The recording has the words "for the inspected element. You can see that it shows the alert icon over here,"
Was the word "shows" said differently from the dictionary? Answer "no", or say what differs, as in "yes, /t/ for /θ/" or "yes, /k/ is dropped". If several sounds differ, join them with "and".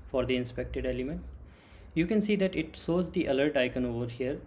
yes, /s/ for /ʃ/